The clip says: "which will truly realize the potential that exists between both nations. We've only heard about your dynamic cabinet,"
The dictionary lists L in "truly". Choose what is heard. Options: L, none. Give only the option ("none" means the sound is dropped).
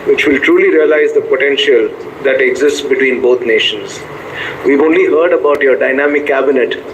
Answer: L